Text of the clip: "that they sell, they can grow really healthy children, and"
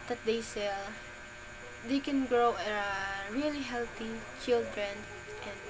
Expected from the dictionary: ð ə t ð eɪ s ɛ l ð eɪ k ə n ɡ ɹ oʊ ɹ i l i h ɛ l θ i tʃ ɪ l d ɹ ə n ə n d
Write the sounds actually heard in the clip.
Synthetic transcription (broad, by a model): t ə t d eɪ s ɛ l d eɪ k ə n ɡ ɹ oʊ ɹ i l i h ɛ l t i tʃ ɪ l d ɹ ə n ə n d